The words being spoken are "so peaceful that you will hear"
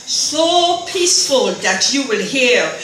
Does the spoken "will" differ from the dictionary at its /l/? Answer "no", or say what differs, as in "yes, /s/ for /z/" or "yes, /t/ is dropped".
no